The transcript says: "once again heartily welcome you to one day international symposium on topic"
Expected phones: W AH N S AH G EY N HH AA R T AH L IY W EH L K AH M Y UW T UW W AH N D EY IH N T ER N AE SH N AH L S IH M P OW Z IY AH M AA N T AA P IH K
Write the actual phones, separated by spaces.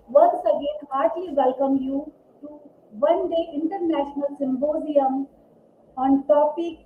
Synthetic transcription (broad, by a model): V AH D S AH G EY N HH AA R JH L IY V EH L K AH M Y UW T UW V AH N D EY IH N T ER N AE SH N AH L S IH M B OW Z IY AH M AA N T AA P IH K